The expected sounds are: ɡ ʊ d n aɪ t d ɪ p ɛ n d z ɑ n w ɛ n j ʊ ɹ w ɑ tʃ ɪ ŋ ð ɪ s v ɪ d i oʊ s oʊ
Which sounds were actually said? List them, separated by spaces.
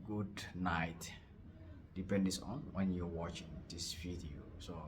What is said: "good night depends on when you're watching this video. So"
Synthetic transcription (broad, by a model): ɡ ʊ d n aɪ t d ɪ p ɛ n d s ɑ n w ɛ n j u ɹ w ɑ tʃ ɪ ŋ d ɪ s f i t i s oʊ